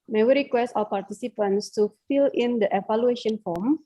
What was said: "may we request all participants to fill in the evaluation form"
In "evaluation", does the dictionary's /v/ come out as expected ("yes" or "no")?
no